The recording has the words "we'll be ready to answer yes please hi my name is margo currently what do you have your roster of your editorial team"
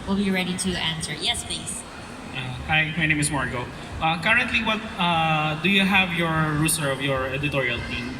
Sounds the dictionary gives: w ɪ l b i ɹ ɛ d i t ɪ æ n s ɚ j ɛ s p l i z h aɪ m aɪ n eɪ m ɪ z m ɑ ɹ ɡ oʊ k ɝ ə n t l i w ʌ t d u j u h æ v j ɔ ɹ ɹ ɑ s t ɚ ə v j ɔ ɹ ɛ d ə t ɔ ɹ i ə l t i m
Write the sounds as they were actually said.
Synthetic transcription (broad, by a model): w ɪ l b i ɹ ɛ d i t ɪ æ n s ɚ j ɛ s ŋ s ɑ h aɪ m aɪ n eɪ m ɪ s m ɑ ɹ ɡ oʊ k ɝ ə n t l i w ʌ t d u j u h æ v j ɔ ɹ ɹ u s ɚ ə v j ɔ ɹ ɛ d ə t ɔ ɹ i ə l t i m